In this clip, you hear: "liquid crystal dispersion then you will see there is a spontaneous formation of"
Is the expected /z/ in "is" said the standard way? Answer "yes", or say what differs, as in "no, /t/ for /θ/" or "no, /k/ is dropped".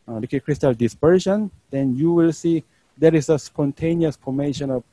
no, /s/ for /z/